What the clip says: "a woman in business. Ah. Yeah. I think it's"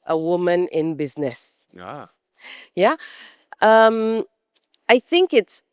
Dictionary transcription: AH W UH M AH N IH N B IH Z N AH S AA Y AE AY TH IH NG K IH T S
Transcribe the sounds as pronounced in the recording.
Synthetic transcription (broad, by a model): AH W UH M AH N IH N B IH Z N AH S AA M AY TH IH NG K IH T S